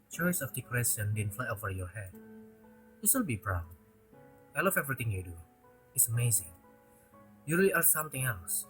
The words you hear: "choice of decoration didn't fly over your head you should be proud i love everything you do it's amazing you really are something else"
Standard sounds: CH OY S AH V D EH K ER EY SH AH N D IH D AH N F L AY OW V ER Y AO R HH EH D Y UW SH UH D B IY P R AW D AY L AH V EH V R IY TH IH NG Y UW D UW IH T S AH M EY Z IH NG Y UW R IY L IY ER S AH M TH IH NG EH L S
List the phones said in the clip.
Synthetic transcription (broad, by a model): CH OY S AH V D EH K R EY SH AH N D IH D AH N F L AY OW V ER Y AO R HH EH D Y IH S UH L B IY B R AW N AY L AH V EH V R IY T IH NG Y UW D UW IH T S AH M EY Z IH NG Y UW R IY L IY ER S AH M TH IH NG EH L S